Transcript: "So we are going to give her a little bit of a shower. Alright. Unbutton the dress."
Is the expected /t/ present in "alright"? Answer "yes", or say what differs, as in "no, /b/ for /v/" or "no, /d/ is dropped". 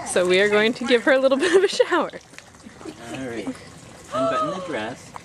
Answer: no, /t/ is dropped